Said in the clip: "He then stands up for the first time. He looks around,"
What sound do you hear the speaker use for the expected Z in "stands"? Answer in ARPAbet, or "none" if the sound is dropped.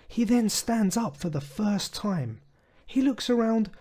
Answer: Z